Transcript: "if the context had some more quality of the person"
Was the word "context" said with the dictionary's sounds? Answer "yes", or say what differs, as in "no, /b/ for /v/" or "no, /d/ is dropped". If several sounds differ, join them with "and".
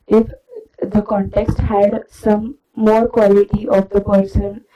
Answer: yes